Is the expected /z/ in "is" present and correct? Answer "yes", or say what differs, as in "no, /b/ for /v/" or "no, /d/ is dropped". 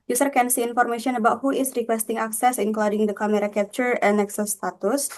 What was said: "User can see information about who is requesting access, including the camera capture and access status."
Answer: no, /s/ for /z/